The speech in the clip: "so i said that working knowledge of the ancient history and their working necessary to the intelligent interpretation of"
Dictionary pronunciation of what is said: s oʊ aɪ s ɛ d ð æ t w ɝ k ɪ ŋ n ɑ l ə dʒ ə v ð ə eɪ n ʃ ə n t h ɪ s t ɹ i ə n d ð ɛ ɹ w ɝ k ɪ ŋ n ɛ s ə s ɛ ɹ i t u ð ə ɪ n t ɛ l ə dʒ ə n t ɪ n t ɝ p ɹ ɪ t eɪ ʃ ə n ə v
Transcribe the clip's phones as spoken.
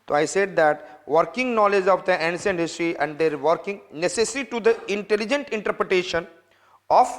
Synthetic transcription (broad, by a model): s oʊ aɪ s ɛ d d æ t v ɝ k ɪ ŋ n ɑ l ə dʒ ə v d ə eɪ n s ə n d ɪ s t ɹ i ə n d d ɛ ɹ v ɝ k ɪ ŋ n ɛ s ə s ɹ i t u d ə ɪ n t ɛ l ə dʒ ə n t ɪ n t ɝ p ɹ ɪ t eɪ ʃ ə n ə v